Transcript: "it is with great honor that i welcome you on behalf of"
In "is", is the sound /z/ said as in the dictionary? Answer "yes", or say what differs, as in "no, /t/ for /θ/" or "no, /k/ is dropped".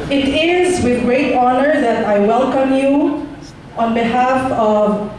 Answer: yes